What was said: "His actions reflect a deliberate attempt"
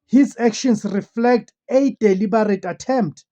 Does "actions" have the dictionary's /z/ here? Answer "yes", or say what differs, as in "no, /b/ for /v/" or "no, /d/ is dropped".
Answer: no, /s/ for /z/